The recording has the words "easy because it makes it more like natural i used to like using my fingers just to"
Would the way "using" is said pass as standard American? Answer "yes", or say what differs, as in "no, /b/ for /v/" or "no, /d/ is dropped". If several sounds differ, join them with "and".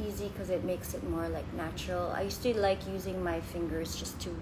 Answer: yes